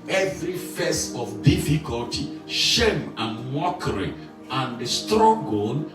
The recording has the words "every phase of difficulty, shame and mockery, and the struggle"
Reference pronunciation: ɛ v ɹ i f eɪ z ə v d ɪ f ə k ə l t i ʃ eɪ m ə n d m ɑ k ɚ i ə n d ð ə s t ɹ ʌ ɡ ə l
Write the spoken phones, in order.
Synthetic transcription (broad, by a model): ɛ v ɹ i f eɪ s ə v d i f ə k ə l t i ʃ eɪ m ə n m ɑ k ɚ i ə n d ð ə s t ɹ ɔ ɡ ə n